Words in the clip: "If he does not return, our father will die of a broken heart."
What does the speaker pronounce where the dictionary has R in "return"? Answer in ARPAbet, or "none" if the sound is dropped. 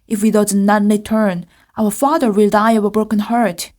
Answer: L